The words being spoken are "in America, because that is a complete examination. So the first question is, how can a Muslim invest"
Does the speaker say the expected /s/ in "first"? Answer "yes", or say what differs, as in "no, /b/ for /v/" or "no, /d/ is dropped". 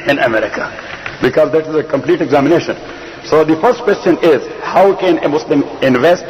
yes